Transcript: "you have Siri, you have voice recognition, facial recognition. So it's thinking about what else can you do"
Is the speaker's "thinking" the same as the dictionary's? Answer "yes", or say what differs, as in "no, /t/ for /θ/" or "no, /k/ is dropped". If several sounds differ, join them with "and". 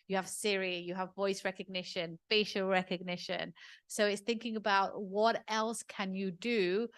yes